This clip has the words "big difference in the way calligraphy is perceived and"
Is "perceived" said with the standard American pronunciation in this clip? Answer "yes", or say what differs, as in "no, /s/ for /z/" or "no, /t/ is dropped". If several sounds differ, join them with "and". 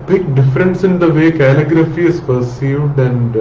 yes